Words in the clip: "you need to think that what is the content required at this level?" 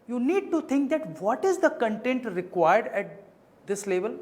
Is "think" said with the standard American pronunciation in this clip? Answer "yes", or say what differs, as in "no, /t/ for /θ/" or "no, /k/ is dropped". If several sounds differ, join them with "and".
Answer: no, /t/ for /θ/